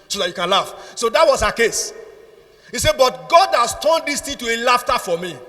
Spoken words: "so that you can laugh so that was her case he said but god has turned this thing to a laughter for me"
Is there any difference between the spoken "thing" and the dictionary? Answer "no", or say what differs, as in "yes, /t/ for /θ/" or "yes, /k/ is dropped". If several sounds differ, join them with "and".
yes, /t/ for /θ/